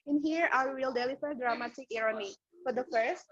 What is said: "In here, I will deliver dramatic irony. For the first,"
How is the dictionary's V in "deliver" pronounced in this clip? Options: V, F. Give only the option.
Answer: F